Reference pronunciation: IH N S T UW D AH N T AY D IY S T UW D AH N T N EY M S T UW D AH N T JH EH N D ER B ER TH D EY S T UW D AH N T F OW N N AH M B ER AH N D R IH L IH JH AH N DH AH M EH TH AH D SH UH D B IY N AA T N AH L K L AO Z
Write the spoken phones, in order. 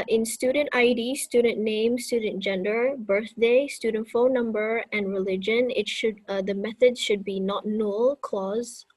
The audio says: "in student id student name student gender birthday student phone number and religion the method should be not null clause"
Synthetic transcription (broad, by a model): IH N S T UW D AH N T AY D IY S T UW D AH N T N EY M S T UW D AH N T JH EH N D ER B ER TH D EY S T UW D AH N T F OW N N AH M B ER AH N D R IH L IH JH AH N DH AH M EH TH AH D SH UH D B IY N AA T N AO L K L AO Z